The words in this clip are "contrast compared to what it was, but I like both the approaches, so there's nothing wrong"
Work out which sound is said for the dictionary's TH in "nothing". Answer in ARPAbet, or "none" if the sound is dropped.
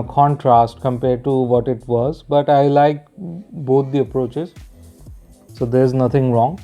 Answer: T